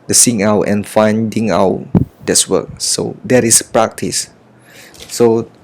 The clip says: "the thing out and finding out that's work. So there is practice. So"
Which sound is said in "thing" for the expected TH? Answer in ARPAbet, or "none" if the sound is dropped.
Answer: S